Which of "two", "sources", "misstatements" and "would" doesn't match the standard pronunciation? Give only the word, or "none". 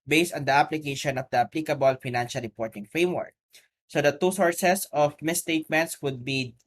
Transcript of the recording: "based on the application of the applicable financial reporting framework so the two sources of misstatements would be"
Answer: sources